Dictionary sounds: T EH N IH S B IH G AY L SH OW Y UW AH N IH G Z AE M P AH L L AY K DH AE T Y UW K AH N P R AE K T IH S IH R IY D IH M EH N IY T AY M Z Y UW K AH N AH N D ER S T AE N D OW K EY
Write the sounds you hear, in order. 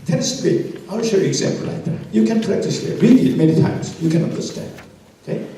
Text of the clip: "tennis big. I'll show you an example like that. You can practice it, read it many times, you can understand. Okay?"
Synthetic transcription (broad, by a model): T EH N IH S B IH AY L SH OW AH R IH G Z AE M P AH L L AY K DH AE T Y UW K AH N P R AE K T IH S IH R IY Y IH M EH N IY T AY M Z Y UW K AH N AH N D ER S T AE N D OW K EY